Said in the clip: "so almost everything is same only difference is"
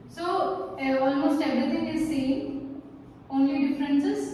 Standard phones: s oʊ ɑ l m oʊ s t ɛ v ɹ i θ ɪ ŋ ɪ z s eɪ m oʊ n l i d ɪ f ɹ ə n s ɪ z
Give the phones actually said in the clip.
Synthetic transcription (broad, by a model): s oʊ ɑ l m oʊ s t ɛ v ɹ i t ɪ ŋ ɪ s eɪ oʊ n l i d ɪ f ɹ ə n s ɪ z